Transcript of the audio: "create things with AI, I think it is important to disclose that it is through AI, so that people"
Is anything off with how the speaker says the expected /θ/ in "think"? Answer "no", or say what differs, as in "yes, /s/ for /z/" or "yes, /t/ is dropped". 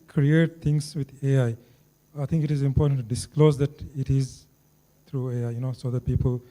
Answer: yes, /t/ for /θ/